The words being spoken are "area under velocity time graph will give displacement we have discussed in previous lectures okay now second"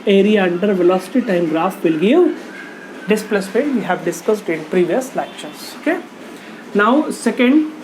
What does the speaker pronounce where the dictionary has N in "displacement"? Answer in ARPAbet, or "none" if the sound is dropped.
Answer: none